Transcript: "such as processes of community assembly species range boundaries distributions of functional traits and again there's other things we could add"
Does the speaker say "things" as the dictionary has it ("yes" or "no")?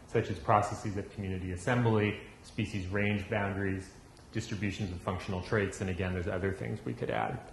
yes